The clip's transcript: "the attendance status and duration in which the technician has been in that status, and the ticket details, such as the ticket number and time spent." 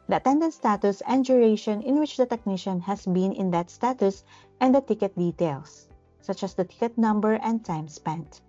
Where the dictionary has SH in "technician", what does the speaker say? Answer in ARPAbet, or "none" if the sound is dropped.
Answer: SH